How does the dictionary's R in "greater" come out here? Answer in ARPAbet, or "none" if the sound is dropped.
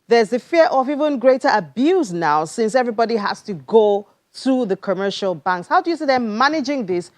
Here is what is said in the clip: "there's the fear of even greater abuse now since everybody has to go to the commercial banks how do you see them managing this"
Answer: R